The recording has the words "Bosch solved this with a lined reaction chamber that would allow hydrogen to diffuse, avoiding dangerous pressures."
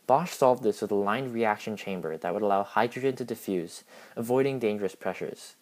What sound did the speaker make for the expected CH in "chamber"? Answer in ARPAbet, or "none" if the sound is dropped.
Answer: CH